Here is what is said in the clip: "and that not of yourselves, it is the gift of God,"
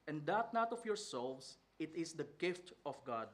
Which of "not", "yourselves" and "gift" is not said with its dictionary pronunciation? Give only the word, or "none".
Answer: yourselves